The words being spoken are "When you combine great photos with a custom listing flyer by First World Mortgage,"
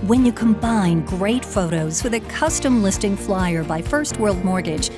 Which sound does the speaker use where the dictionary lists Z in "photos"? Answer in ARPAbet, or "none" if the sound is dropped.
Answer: Z